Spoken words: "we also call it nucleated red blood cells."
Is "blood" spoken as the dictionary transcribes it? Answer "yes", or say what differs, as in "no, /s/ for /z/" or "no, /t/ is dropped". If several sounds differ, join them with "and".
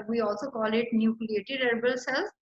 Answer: no, /l/ is dropped